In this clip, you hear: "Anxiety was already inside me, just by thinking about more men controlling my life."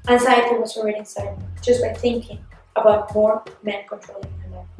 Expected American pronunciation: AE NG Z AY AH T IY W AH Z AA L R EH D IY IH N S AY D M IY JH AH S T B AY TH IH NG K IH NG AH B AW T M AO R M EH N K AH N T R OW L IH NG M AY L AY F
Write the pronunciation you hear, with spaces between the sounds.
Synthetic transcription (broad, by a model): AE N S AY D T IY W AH S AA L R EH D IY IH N S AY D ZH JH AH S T B AY TH IH NG K IH NG AH B AW T M AO R M EH N K AH N T R OW L IH NG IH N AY